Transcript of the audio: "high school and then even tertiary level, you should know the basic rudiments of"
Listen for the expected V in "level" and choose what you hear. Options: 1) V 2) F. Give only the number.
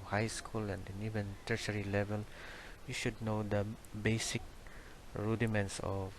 1